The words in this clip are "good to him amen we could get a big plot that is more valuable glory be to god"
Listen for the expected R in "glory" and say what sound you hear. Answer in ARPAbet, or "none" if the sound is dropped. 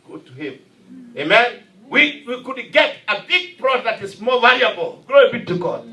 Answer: none